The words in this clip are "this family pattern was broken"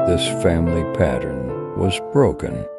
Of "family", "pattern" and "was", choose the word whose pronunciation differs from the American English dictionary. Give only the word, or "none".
none